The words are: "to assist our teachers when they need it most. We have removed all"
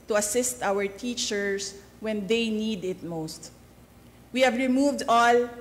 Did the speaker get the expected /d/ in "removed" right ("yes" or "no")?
yes